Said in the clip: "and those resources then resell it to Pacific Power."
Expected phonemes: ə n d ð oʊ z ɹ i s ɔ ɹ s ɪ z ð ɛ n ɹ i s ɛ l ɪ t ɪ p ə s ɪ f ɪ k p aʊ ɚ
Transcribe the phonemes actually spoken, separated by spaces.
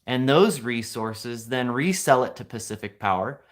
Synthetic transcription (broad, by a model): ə n ð oʊ z ɹ i s ɔ ɹ s ɪ z ð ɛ n ɹ i s ɛ l ɪ t ɪ p ə s ɪ f ɪ k p aʊ ɚ